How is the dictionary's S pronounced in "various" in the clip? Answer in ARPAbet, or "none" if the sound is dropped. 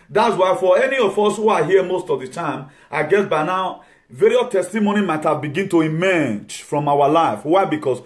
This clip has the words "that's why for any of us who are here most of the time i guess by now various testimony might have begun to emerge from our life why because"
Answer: none